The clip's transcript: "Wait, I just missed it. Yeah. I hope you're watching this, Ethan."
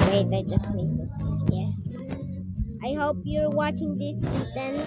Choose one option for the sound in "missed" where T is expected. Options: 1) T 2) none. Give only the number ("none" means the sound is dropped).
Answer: 2